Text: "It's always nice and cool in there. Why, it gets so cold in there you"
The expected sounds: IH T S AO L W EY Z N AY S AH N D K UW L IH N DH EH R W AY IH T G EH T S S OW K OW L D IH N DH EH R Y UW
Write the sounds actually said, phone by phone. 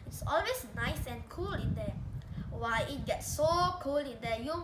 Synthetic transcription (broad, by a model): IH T S AO L W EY S N AY S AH N K UW L IH N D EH W AY IH T G EH T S S OW K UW L IH N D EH Y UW